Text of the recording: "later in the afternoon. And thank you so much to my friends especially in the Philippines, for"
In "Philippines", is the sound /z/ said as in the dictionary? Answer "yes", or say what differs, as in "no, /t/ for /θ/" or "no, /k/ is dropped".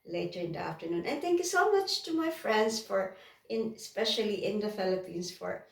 no, /s/ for /z/